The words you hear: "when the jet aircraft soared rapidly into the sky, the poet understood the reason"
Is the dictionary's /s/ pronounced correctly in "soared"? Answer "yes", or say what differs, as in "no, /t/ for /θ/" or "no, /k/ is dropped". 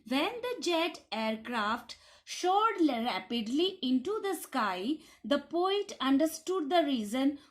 no, /ʃ/ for /s/